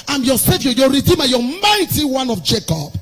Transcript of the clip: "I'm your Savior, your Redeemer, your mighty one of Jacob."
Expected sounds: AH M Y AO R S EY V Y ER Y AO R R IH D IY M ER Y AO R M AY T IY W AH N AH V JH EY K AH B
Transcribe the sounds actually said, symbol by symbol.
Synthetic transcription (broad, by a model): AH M Y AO S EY F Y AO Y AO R R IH D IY M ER Y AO M AY T IY W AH N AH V JH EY K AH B